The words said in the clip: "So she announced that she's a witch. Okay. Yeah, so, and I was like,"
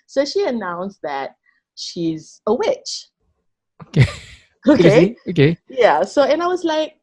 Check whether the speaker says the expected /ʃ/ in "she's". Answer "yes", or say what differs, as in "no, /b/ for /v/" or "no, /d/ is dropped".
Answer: yes